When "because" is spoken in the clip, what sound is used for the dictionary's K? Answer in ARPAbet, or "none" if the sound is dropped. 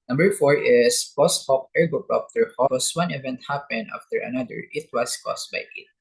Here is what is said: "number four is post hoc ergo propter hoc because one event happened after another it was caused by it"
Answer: none